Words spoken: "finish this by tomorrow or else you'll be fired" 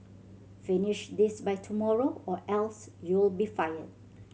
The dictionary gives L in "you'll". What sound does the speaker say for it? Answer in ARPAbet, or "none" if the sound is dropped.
L